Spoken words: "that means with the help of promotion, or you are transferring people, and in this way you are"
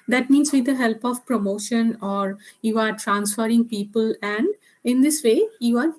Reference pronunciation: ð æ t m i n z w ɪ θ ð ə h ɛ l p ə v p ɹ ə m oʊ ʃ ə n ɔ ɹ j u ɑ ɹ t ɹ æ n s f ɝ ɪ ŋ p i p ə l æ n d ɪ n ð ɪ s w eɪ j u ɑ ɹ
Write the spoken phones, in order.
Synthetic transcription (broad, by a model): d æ t m i n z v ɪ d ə h ɛ l p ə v p ɹ ə m oʊ ʃ ə n ɔ ɹ j u ɑ ɹ t ɹ æ n s f ɝ ɪ ŋ p i p ə l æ n d ɪ n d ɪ s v eɪ j u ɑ ɹ